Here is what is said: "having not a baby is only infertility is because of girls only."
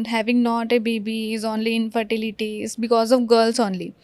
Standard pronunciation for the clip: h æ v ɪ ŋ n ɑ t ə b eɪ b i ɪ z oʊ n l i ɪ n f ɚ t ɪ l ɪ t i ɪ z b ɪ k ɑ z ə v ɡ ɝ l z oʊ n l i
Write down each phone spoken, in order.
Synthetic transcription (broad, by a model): h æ v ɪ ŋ n ɑ t ə b eɪ b i ɪ z oʊ n l i ɪ n f ɚ t ɪ l ɪ t i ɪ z b ɪ k ɑ z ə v ɡ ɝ l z oʊ n l i